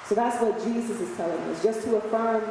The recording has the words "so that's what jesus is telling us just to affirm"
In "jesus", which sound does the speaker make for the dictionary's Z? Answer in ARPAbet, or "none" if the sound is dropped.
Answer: Z